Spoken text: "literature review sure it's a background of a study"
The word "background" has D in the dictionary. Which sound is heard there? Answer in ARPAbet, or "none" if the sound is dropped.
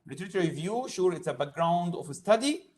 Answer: D